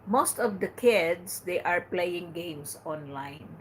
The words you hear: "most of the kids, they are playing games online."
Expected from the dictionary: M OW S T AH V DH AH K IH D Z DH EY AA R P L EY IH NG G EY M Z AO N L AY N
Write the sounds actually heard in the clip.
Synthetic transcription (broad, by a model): M OW S T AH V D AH K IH D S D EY AA R P L EY IH NG G EY M S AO N L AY N